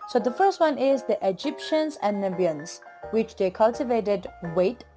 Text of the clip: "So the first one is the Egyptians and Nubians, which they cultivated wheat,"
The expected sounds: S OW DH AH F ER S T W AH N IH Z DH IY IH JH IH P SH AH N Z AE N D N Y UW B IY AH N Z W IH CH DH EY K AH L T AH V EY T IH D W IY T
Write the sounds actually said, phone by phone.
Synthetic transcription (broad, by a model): S OW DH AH F ER S T W AH N IH Z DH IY IH JH IH P SH AH N Z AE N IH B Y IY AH N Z W IH CH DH EY K AH L T AH V EY T IH D W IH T